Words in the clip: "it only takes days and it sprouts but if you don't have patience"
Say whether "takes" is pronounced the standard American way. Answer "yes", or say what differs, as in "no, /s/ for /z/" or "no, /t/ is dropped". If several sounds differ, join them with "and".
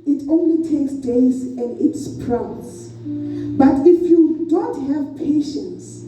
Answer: yes